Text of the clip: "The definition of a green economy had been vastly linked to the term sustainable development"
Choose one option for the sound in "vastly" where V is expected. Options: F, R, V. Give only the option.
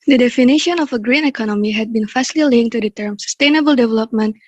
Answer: F